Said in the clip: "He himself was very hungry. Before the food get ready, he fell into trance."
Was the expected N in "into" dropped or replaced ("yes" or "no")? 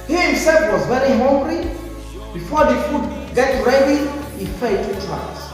yes